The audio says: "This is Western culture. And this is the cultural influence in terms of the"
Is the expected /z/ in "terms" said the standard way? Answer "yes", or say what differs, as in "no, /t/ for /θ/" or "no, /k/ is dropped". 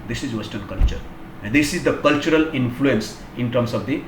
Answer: no, /s/ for /z/